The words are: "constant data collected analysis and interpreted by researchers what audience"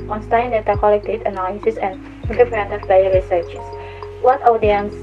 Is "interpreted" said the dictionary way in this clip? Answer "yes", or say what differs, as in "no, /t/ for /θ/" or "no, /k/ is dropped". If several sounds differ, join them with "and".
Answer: no, /n/ is dropped